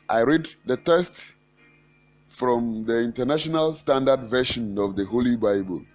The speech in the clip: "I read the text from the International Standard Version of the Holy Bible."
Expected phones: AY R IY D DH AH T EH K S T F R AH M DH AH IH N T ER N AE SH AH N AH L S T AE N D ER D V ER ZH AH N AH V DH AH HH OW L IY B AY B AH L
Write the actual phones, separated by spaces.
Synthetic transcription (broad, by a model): AY R IY D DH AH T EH S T F R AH M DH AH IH N T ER N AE SH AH N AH L S T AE N D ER D V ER SH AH N AH V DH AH HH OW L IY B AY B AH L